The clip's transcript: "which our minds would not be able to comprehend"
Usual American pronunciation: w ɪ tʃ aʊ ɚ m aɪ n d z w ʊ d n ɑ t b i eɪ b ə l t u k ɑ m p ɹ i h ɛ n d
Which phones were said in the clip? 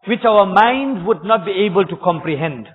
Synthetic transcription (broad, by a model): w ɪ tʃ aʊ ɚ m aɪ n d w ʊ d n ɑ t b i eɪ b ə l t u k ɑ m p ɹ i h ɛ n d